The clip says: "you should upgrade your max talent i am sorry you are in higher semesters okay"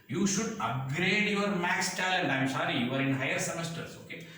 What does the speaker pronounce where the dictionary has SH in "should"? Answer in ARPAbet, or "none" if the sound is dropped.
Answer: SH